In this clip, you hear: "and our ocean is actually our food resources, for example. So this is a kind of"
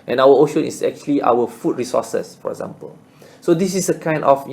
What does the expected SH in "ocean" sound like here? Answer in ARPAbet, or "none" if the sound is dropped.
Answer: SH